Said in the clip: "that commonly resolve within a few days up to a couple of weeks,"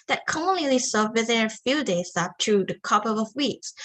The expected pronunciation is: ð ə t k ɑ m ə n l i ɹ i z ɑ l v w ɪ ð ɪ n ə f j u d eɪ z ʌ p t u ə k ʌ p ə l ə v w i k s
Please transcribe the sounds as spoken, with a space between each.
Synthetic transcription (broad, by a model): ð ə t k ɑ m ə n l i l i s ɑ v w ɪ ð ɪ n ə f j u d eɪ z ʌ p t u ə k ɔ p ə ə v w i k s